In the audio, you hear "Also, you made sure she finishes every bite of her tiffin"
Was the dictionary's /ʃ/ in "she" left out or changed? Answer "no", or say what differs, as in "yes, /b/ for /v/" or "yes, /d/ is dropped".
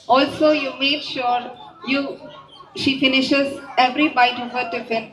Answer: no